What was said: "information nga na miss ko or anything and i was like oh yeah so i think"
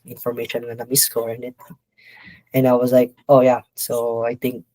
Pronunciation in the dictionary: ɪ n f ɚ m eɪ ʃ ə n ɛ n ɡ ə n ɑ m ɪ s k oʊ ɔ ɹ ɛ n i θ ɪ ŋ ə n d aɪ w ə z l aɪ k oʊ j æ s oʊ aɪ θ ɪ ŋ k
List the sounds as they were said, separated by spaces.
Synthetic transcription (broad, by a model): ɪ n f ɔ m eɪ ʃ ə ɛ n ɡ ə n ɑ m ɪ s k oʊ ɔ ɹ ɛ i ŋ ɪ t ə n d aɪ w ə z l aɪ k oʊ j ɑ s oʊ aɪ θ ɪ ŋ k